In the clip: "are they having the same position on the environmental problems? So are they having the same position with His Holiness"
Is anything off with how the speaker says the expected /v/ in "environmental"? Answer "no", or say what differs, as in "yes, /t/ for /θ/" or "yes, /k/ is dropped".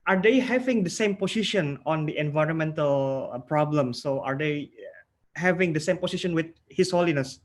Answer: no